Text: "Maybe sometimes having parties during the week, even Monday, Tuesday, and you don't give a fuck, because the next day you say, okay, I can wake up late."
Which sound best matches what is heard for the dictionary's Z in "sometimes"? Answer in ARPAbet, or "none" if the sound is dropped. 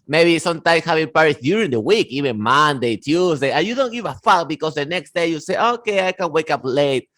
S